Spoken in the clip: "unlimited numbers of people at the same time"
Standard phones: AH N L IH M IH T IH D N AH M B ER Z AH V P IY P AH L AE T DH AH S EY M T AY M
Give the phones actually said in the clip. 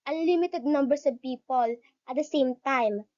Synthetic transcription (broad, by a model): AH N L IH M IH T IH D N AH M B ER S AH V P IY P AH L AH T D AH S EY M T AY M